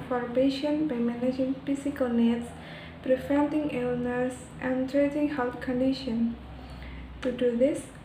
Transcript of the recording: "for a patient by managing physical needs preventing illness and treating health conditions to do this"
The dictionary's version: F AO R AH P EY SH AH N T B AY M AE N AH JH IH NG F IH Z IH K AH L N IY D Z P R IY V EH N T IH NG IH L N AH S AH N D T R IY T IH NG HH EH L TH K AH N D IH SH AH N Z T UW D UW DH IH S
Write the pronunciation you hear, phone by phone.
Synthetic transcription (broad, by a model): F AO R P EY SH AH N B AY M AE N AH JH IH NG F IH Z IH K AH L N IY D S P R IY F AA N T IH NG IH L N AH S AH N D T R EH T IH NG HH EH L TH K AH N D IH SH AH N T UW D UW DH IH S